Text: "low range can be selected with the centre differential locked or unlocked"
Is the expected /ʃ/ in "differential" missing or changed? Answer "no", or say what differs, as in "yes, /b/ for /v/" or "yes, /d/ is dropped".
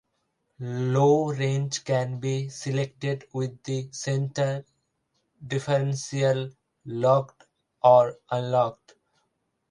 yes, /s/ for /ʃ/